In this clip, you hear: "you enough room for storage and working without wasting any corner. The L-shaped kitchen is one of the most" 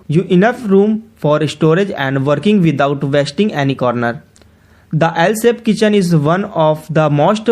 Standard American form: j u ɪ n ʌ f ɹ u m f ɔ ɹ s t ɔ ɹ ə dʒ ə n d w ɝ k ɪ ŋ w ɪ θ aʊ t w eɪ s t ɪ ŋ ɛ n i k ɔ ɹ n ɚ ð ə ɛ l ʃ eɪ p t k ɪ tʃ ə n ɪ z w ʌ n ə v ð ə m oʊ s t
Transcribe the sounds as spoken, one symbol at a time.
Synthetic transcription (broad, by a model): j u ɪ n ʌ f ɹ u m f ɔ ɹ s t ɔ ɹ ə dʒ ə n d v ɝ k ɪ ŋ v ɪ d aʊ t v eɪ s t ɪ ŋ ɛ n i k ɔ ɹ n ɚ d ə ɛ l s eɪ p k ɪ tʃ ə n ɪ z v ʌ n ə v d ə m oʊ s t